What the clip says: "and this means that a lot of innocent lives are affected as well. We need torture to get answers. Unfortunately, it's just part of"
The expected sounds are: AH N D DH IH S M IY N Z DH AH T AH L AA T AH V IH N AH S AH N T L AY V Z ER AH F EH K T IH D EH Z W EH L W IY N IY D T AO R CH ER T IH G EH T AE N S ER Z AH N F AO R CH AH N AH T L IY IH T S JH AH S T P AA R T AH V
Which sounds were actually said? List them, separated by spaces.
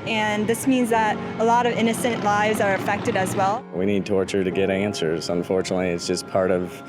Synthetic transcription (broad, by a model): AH N DH IH S M IY N Z DH AH T AH L AA T AH V IH N AH S AH N T L AY V Z ER AH F EH K T IH D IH Z W EH L W IY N IY D T AO R CH ER T IH G EH T AE N S ER Z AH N F AO R CH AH N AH T L IY IH T S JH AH S P AA R T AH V